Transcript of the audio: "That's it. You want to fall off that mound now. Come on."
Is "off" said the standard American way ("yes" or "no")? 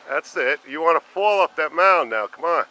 no